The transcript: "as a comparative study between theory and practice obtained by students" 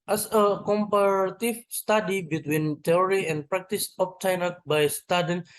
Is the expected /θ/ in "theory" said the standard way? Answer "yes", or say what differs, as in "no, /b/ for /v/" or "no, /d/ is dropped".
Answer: no, /t/ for /θ/